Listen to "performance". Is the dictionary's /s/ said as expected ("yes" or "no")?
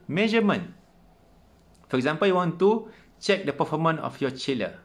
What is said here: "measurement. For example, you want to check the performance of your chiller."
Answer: no